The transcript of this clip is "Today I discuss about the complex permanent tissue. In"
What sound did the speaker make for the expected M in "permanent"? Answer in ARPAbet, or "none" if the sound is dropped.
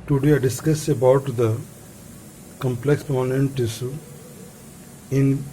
none